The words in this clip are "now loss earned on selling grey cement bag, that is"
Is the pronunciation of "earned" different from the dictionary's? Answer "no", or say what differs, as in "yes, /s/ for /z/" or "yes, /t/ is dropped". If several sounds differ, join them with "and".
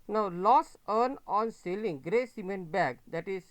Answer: yes, /d/ is dropped